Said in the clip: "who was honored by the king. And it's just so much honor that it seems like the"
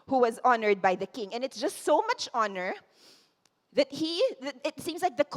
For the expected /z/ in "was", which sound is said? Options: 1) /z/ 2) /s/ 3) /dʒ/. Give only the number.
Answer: 1